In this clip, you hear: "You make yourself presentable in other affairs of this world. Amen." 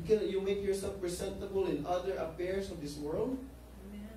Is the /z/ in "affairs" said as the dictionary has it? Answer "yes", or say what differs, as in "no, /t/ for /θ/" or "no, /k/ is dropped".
no, /s/ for /z/